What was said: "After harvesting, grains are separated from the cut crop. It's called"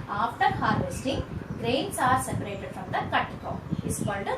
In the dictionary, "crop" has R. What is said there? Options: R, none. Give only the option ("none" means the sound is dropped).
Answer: none